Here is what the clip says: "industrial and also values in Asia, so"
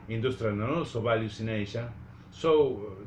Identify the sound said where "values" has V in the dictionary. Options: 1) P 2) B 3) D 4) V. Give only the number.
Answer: 2